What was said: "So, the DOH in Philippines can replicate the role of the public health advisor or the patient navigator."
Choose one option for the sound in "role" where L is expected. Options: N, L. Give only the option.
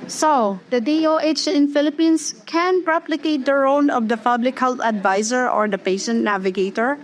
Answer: N